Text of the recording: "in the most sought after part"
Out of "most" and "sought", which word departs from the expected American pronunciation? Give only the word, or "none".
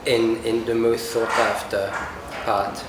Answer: sought